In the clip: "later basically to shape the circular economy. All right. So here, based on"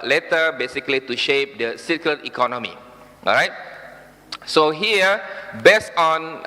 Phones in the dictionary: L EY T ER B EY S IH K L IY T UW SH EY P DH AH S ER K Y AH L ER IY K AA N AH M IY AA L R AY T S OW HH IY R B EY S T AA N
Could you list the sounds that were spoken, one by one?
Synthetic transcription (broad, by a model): L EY T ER B EY S IH K L IY T UW SH EY P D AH S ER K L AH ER IY K AA N AH M IY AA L R AY T S OW HH IY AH B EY S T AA N